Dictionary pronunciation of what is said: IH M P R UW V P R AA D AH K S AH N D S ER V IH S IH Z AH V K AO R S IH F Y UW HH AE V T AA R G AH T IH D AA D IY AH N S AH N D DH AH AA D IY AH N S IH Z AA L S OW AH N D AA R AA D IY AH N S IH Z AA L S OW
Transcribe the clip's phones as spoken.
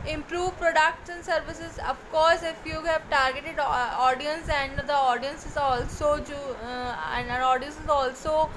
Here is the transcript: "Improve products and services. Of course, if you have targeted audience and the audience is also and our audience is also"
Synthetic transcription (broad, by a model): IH M P R UW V P R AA D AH K SH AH N S ER V IH S IH Z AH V K AO R S IH F Y UW HH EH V T AA R G AH T IH D AA D IY AH N S AH N D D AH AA D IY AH N S IH Z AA L S OW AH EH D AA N AA D IY AH N S IH Z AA L S OW